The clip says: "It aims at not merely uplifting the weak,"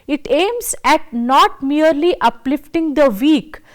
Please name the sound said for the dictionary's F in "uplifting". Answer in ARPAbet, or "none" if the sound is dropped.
F